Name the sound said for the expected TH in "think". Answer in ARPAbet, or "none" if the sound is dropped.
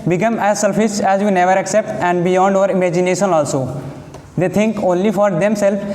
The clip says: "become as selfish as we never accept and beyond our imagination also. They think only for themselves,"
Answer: T